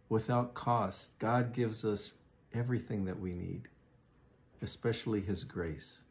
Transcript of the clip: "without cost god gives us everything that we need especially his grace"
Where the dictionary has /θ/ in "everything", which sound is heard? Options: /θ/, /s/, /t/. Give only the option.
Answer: /θ/